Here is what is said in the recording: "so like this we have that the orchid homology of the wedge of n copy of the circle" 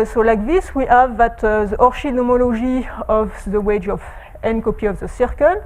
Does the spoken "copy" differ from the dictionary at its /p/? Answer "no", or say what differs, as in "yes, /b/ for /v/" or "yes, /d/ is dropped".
no